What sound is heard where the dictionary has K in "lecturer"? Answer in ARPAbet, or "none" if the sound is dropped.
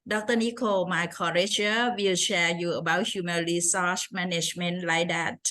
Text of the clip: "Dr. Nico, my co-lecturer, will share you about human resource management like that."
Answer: none